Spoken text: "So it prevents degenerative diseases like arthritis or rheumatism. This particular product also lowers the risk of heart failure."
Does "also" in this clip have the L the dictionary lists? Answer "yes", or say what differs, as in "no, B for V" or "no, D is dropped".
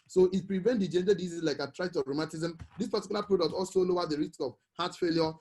yes